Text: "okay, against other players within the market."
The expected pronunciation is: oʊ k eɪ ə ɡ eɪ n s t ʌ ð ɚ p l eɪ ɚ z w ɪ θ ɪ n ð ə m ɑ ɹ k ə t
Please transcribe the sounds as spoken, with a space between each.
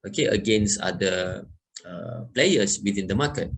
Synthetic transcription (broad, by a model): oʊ k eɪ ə ɡ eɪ n s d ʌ ɚ p l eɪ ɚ s w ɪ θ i n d ə m ɑ k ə t